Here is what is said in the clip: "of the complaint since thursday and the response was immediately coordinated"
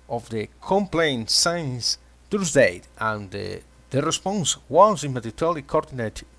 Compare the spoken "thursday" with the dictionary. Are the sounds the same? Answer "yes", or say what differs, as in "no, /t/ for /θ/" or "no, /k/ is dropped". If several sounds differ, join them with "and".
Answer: no, /t/ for /θ/